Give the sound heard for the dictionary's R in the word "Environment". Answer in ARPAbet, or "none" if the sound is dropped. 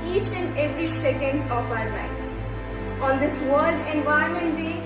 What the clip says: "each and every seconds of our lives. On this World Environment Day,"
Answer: none